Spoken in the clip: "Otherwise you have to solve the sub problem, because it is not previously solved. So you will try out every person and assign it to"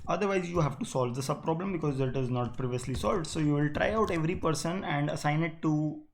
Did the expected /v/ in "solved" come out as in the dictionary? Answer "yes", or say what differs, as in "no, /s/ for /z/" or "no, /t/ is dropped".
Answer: yes